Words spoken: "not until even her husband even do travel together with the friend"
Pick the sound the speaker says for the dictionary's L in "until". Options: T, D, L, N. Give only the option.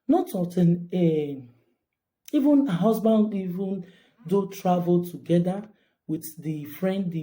N